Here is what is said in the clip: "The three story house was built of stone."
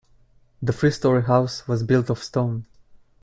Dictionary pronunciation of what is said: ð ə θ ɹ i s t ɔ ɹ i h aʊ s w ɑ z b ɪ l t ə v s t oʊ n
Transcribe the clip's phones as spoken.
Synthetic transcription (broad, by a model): ð ə f ɹ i s t ɔ ɹ i h aʊ s w ɑ z b ɪ l t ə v s t oʊ n